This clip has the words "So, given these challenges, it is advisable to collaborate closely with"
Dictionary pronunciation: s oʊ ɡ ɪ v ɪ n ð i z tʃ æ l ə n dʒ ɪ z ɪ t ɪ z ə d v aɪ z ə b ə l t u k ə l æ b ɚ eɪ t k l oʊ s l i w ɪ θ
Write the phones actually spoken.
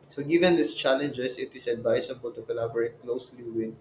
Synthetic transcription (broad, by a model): s oʊ ɡ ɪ v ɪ n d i s tʃ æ l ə n dʒ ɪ s ɪ t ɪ s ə d v aɪ s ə b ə l t u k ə l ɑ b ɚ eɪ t k l oʊ s l i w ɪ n